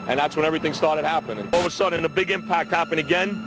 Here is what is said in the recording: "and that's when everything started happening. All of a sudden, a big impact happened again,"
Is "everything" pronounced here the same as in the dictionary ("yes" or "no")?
yes